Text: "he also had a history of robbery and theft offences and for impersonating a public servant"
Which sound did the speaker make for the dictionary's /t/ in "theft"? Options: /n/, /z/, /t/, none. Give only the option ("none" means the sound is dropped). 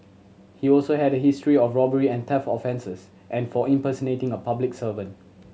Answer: none